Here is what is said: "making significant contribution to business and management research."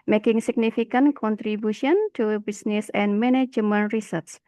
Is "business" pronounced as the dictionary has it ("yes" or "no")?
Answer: no